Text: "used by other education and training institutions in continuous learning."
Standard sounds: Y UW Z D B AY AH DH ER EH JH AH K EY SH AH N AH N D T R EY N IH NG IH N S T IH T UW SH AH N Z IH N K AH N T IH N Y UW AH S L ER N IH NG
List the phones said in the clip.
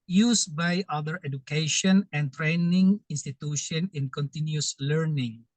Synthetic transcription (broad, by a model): Y UW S B AY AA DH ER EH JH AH K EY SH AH N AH N T R EY N IH NG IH N S T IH T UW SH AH N IH N K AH N T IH N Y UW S L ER N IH NG